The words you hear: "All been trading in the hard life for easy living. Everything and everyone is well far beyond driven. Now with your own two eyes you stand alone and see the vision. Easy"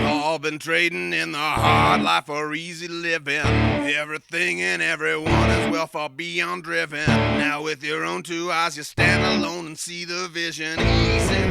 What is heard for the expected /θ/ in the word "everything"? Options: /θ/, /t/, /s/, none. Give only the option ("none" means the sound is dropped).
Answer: /θ/